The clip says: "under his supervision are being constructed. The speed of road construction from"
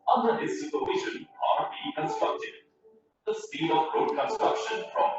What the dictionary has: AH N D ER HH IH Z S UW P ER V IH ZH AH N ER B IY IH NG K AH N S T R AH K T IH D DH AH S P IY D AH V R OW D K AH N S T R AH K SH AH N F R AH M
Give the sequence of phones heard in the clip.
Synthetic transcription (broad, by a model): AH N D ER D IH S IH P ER EH SH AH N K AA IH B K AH N S T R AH K T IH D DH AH S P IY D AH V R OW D K AH N S T R AH K SH AH N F R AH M